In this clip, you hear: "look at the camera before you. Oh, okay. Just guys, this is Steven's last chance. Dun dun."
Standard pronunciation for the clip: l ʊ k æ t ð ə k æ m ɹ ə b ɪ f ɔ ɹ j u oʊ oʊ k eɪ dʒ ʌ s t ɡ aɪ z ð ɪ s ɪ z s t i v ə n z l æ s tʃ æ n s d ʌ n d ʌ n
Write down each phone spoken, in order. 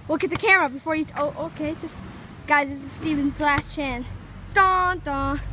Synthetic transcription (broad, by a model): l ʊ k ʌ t ð ə k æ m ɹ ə b ɪ f ɔ ɹ j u oʊ oʊ k eɪ dʒ ʌ s t ɡ aɪ z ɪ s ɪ s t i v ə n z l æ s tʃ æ n d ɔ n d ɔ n